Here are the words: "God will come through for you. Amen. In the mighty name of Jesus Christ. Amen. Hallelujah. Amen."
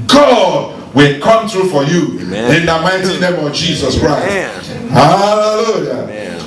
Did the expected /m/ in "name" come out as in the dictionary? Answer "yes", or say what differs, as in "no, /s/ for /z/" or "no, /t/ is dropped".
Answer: yes